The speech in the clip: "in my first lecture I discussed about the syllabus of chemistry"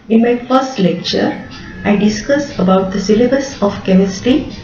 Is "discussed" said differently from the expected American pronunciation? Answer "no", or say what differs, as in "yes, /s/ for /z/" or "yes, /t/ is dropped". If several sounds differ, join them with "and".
yes, /t/ is dropped